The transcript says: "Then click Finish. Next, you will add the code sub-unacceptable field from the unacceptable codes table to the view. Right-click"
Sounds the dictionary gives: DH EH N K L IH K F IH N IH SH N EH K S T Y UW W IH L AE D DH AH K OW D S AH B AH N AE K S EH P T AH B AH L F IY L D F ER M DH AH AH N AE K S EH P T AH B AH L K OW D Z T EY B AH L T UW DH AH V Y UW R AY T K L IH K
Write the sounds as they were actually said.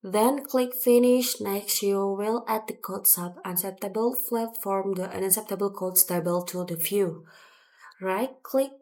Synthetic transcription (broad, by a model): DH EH N K L IH K F IH N IH SH N EH K S T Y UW W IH L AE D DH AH K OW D S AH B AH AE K S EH P T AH B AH L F L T F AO M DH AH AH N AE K S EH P T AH B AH L K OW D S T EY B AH L T UW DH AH F Y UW R AY T K L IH K